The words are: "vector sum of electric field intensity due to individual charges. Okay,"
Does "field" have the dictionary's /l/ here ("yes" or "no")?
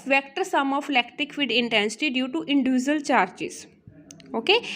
no